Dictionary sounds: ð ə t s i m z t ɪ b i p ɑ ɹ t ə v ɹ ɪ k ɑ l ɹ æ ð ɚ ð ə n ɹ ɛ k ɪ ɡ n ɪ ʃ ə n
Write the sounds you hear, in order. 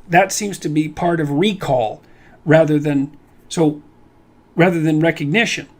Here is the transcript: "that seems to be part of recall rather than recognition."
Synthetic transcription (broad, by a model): ð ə t s i m z t ɪ b i p ɑ ɹ t ə v ɹ ɪ k ɑ l ɹ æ ð ɚ ð ə n ɹ ɛ k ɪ ɡ n ɪ ʃ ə n